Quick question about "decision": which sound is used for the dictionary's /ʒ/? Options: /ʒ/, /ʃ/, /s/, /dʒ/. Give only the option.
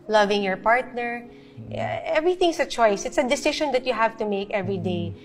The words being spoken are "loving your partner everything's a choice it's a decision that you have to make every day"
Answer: /ʃ/